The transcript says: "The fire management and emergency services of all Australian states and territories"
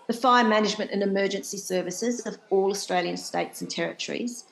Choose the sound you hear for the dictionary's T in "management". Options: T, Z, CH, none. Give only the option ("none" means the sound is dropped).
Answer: T